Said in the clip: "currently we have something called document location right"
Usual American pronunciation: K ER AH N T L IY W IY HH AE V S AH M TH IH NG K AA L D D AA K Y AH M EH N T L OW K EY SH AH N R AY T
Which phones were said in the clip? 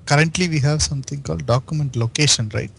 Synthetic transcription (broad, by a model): K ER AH N T L IY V IY HH AE V S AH M T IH NG K AA L D D AA K Y AH M EH N T L OW K EY SH AH N R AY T